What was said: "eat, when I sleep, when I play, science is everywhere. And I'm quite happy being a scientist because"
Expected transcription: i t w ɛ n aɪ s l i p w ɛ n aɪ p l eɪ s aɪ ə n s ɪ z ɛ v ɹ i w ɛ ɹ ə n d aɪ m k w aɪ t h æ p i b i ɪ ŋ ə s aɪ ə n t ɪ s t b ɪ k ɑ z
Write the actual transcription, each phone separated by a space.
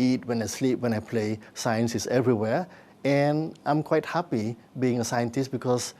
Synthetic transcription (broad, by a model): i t w ɛ n aɪ s l i p w ɛ n aɪ p l eɪ s aɪ ə n s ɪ s ɛ v ɹ i w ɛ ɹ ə n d aɪ m k w aɪ t h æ p i b i ɪ ŋ ə s aɪ ə n t ɪ s t b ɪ k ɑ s